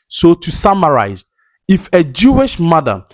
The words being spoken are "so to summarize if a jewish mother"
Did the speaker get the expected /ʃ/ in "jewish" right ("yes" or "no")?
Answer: yes